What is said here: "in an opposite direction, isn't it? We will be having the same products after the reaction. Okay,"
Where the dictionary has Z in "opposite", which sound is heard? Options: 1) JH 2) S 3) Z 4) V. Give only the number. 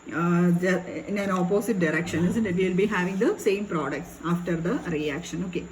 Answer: 2